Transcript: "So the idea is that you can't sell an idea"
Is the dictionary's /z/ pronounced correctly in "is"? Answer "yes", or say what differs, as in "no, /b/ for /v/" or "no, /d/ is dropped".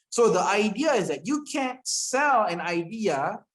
yes